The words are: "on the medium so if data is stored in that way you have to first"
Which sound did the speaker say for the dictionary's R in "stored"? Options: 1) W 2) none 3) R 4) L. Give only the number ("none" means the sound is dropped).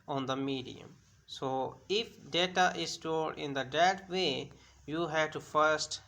4